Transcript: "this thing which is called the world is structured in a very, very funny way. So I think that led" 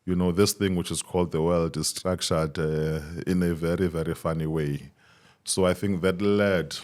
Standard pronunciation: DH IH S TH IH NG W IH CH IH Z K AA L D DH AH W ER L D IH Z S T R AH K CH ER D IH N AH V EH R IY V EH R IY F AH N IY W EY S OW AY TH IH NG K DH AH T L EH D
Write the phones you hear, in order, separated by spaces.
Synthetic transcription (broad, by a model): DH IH S TH IH NG W IH CH IH Z K AA L D DH AH W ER L D IH Z S T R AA K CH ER D IH N AH V EH R IY V EH R IY F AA N IY W EY S OW AY TH IH NG K DH AH T L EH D